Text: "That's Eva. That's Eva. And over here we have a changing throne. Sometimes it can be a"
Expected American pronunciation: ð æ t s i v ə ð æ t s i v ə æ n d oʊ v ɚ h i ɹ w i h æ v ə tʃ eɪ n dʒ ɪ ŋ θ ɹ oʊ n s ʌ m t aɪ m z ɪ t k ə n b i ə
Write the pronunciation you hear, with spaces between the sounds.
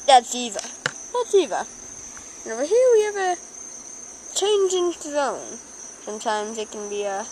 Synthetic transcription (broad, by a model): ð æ t s i v ə ð æ t s i v ə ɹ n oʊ b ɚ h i w i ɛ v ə tʃ eɪ n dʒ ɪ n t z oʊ n s ʌ m t aɪ m z ɪ t k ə n b i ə